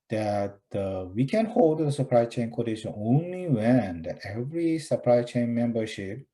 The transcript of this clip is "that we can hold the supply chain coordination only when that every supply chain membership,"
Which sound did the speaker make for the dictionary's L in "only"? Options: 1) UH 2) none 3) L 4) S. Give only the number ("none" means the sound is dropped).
3